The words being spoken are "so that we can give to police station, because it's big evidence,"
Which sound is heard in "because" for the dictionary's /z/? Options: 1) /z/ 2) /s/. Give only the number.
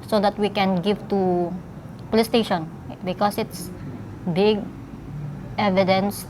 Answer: 2